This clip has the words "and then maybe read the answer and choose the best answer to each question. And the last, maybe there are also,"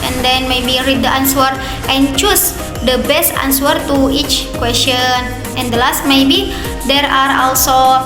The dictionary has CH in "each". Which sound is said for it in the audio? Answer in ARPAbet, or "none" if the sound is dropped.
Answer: CH